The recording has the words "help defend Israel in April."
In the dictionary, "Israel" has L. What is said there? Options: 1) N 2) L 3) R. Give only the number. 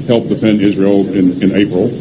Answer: 1